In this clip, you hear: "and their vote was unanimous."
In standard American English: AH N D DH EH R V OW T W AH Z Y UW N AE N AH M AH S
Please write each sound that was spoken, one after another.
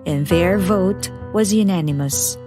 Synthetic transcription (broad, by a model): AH N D DH EH R V OW T W AH Z Y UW N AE N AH M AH S